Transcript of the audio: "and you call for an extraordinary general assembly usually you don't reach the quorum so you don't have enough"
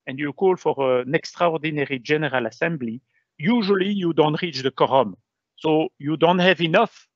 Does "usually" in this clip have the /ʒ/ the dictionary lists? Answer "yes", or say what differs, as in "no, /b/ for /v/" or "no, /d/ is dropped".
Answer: yes